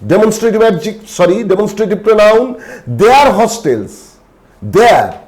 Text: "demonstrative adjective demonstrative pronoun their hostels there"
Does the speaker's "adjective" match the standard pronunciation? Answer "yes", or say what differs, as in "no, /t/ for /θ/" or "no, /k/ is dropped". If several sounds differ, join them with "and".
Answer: no, /s/ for /t/